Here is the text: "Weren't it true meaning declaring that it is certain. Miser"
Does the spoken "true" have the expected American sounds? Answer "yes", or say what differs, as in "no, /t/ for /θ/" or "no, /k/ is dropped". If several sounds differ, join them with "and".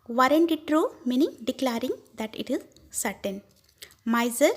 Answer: yes